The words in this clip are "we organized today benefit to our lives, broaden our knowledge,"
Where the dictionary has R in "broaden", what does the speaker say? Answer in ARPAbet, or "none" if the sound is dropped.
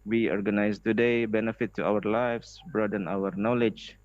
R